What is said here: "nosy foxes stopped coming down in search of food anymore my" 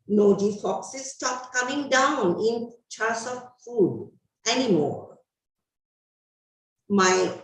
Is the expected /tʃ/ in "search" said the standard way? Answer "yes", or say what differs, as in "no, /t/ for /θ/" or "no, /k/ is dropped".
no, /s/ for /tʃ/